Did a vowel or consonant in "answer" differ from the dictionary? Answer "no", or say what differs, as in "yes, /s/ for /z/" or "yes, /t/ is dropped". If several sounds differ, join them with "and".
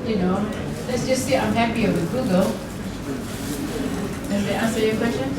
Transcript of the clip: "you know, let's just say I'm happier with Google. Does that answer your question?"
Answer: yes, /n/ is dropped